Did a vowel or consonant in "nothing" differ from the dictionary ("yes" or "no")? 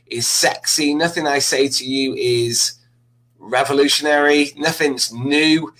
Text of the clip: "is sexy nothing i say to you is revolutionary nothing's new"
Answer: no